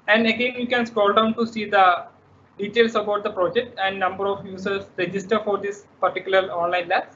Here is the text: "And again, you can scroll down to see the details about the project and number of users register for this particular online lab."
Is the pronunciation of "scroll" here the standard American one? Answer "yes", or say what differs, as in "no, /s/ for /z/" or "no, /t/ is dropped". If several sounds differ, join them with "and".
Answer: no, /ɹ/ is dropped